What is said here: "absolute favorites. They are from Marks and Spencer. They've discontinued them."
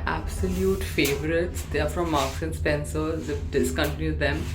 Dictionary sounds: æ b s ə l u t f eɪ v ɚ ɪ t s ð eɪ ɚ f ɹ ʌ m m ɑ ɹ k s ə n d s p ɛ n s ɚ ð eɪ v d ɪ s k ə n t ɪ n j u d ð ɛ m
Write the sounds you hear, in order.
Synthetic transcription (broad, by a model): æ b s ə l u t f eɪ v ɚ ɪ t s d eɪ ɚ f ɹ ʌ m m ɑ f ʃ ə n s p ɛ n s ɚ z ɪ f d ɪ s k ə n t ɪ n j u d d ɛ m